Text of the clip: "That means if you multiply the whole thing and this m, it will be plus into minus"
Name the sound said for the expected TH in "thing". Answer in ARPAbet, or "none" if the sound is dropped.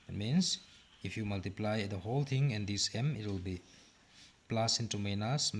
T